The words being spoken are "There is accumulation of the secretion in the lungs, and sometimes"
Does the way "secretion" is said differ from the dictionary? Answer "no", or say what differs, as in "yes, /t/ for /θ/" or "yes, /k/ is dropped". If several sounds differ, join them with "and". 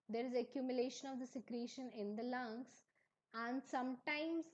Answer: no